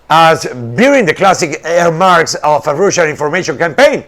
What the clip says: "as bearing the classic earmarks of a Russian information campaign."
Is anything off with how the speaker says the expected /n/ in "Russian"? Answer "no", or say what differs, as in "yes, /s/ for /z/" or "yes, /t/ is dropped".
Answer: yes, /l/ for /n/